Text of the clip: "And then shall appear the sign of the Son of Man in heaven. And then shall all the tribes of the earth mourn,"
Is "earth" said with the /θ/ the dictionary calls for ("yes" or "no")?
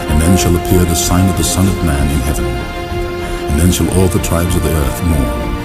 yes